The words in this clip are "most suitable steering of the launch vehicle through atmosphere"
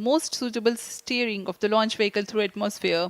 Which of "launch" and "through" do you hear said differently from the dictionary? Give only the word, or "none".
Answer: through